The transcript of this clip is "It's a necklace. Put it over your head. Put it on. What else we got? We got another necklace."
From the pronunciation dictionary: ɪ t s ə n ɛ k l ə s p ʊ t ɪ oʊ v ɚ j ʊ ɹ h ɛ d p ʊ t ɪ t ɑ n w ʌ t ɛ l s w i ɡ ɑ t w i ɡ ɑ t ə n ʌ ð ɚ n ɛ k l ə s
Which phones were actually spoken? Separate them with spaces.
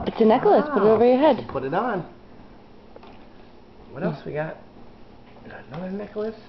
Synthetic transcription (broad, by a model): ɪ t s ə n ɛ k l ə s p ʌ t oʊ v ɚ j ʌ h ɛ d p ʊ t ɪ t n w ʌ t ɛ l s w i ɡ ɑ t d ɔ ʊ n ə ʊ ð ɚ n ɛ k l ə s